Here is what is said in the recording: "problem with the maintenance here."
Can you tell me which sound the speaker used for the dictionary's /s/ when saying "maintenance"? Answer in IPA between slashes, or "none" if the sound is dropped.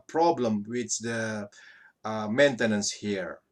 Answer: /s/